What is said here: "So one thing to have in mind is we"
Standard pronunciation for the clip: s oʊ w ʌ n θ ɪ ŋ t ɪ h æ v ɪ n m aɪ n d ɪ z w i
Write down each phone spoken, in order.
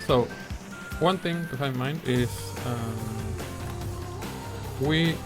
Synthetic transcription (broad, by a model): s oʊ w ʌ n θ ɪ ŋ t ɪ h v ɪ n m aɪ n d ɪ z w i